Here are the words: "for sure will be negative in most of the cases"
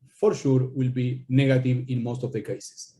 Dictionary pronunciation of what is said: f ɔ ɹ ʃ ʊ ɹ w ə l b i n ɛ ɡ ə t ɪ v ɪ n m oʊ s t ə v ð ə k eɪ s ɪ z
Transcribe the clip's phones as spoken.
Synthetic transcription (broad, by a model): f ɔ ɹ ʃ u ɹ w ə l b i n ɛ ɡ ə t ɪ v ɪ n m oʊ s t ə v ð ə k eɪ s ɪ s